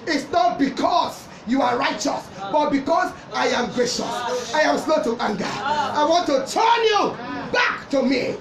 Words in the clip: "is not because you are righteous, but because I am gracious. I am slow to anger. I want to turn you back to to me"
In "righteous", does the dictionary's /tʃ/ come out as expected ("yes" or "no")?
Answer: yes